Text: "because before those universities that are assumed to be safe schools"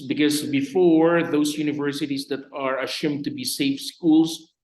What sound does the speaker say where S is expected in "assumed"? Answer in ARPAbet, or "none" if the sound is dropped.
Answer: SH